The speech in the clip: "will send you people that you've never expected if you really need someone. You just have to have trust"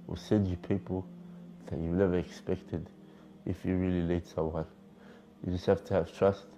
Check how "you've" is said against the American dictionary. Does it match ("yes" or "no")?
no